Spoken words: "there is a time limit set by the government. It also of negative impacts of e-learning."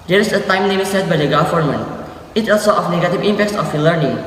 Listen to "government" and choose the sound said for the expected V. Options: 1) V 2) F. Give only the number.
2